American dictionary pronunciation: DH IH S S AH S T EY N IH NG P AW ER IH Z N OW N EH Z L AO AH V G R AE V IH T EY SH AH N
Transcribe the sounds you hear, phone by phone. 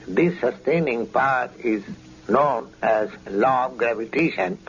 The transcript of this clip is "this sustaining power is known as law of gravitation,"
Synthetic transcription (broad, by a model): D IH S S AH S T EY N IH NG P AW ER IH Z N OW N EH Z L AO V G R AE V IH T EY SH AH N